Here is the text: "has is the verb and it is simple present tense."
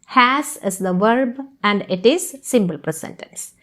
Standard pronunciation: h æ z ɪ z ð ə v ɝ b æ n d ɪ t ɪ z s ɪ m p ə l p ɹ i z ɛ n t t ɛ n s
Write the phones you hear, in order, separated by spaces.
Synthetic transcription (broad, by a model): h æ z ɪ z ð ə v ɝ b æ n d ɪ t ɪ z s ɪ m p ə l p ɹ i s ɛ n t t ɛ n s